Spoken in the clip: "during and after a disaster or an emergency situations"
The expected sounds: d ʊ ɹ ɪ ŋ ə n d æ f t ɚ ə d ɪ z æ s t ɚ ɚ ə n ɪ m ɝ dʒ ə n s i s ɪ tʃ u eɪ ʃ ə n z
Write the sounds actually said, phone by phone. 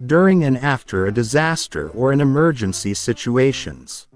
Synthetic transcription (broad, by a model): d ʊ ɹ ɪ ŋ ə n æ f t ɚ ə d ɪ z æ s t ɚ ɚ ə n ɪ m ɝ dʒ ə n s i s ɪ tʃ u eɪ ʃ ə n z